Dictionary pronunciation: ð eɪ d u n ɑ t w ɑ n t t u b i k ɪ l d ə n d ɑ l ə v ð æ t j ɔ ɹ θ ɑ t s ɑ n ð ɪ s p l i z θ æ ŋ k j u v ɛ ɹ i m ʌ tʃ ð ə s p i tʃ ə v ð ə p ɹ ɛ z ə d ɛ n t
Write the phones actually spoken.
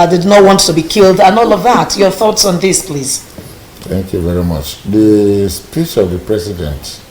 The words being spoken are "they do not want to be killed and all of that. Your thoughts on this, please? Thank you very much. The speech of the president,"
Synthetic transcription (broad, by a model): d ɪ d n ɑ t w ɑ n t t u b i k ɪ l d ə n ɑ l ə v ð æ t j ɔ ɹ θ ɑ t s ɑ n ð ɪ s p l i z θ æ ŋ k j u v ɛ ɹ i m ʌ tʃ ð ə s p i tʃ ə v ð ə p ɹ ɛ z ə d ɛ n t